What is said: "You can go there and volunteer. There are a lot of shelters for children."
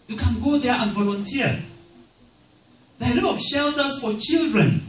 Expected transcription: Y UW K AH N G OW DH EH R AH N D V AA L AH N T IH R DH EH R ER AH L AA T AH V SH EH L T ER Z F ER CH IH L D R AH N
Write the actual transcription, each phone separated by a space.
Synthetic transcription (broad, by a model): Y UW K AH N G OW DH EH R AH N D V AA L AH N T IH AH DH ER AH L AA AH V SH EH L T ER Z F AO CH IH L D R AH N